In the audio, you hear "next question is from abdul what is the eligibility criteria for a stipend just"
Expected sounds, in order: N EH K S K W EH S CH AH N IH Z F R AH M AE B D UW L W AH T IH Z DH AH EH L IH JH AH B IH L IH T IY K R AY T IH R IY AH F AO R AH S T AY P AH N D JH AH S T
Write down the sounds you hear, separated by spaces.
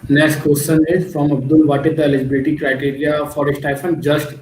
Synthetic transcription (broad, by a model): N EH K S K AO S S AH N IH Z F R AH M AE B D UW L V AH T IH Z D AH EH L IH JH AH B IH L IH T IY K R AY T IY R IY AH F AO R AH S T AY F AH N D JH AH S T